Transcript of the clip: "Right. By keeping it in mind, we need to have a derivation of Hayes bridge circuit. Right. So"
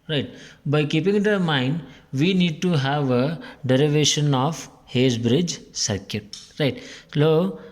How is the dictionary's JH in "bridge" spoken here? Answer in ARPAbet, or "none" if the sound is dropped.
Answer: JH